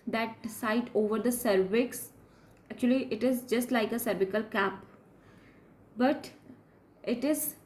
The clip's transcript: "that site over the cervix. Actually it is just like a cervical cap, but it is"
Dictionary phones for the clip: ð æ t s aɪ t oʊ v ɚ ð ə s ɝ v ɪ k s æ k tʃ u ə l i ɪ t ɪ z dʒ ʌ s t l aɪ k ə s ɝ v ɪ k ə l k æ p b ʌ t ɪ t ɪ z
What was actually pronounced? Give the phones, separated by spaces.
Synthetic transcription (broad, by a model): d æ t s aɪ t oʊ v ɚ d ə s ɝ v ɪ k s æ k tʃ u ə l i ɪ t ɪ z dʒ ʌ s t l aɪ k ə s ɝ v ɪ k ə l k æ p b ʌ t ɪ t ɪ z